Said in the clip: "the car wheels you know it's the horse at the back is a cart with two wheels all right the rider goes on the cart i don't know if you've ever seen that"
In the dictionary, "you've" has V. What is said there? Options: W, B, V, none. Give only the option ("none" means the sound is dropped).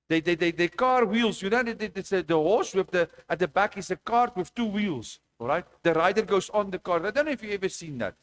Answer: none